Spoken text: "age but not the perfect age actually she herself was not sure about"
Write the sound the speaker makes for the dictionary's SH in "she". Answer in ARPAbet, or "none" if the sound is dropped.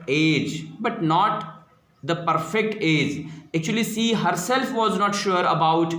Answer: S